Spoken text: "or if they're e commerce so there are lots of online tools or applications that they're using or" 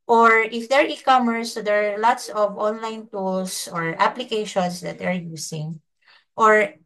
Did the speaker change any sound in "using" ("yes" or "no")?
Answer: yes